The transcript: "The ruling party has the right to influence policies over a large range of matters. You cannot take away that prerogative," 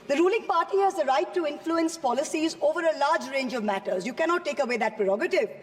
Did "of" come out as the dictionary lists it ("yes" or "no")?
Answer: yes